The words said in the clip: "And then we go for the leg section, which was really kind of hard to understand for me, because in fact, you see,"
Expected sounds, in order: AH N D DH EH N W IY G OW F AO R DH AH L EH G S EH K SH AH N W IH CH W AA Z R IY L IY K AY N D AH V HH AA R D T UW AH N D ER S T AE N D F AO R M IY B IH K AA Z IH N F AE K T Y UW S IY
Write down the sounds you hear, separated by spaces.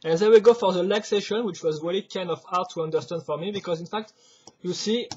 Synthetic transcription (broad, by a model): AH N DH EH W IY G OW F AO R DH AH L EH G S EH SH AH N W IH CH W AA Z R IY L IY K AY N D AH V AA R T UW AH N D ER S T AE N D F AO R M IY B IH K AA Z IH N F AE K T Y UW S IY